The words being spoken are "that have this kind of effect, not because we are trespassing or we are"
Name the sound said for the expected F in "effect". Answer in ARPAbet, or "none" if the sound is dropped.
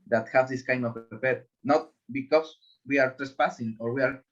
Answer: P